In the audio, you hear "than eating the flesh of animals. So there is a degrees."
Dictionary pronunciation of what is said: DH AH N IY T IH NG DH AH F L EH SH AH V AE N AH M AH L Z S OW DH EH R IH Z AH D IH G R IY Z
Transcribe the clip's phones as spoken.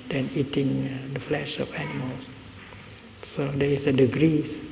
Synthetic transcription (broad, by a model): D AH N IY T IH NG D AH F L EH SH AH F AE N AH M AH L S OW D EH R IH S AH D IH G R IY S